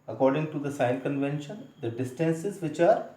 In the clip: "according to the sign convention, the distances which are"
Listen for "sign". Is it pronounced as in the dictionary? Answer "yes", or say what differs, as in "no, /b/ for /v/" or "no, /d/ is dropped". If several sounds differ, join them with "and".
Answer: no, /l/ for /n/